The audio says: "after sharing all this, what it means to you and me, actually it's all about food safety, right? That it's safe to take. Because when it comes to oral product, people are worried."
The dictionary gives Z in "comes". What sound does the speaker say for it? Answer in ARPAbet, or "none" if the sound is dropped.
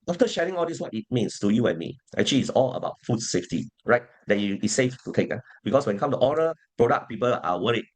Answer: none